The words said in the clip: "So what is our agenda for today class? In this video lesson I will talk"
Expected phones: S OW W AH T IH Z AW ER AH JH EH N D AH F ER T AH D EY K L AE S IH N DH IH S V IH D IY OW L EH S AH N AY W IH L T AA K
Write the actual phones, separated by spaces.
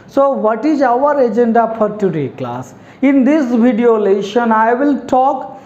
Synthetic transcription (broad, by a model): S OW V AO T IH Z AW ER AH JH EH N D AH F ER T AH D EY K L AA S IH N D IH S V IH D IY OW L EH SH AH N AY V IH L T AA K